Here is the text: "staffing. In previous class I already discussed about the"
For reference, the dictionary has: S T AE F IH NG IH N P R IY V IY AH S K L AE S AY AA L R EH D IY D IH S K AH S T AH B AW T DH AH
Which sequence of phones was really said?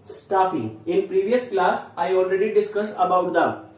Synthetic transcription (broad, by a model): S T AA F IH NG IH N P R IY V IY AH S K L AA S AY AA L R EH D IY D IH S K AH S AH B AW T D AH